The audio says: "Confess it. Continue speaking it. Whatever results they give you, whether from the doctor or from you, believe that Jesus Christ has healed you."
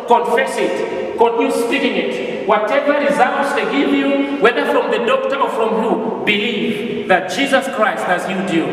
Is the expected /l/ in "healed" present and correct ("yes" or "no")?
no